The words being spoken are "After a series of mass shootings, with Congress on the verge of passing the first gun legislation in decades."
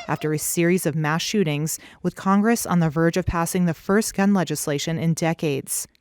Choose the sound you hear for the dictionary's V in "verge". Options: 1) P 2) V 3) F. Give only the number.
2